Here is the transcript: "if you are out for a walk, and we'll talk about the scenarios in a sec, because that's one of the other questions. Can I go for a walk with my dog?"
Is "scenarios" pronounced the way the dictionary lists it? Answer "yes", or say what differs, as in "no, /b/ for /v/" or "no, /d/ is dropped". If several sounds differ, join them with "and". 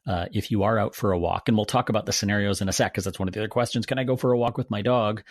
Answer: yes